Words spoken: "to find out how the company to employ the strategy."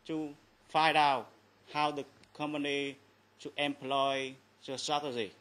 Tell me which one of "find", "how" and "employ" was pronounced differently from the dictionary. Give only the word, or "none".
find